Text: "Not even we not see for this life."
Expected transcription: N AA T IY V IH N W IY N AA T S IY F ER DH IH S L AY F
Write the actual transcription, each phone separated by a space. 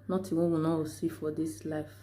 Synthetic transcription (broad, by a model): N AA T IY W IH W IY N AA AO S IY F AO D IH S L AY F